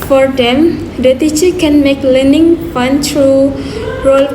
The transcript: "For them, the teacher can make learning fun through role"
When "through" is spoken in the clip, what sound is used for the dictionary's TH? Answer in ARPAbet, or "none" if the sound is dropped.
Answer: T